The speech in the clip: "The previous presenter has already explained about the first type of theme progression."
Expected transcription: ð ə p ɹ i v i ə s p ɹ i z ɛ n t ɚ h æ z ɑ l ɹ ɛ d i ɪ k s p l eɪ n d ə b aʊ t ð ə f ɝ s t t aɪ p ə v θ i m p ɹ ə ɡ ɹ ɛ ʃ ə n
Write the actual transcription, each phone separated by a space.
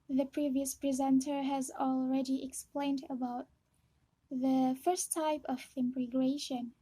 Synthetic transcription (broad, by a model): ð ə p ɹ i v i ə s p ɹ i z ɛ n t ɚ h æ z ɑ l ɹ ɛ d i ɪ k s p l eɪ n d ə b aʊ t ð ə f ɝ s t t aɪ p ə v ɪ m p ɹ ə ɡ ɹ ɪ ʃ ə n